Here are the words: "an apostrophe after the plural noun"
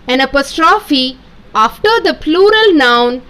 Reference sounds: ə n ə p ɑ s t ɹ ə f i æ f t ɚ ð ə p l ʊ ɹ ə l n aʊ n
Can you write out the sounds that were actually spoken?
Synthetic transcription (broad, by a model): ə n ə p ɑ s t ɹ ə f i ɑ f t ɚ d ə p l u ɹ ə l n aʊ n